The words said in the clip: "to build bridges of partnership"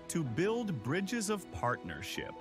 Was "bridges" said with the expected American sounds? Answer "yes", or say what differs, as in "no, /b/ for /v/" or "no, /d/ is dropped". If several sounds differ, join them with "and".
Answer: yes